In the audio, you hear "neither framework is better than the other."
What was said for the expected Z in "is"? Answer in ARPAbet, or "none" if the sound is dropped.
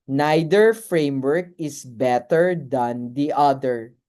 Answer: S